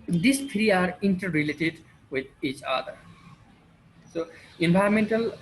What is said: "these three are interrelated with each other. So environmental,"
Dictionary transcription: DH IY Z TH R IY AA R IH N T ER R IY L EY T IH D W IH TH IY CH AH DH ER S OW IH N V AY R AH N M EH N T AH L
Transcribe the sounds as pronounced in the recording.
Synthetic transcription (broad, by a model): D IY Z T R IY AA R IH N T ER R IY L EY T IH D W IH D IY CH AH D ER S OW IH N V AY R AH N M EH N T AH L